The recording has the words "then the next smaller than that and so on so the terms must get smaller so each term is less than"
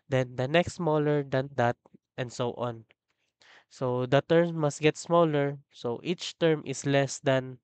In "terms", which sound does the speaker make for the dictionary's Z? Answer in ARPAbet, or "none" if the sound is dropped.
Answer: none